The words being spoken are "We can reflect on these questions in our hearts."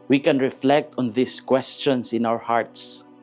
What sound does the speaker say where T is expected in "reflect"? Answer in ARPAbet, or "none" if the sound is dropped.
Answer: T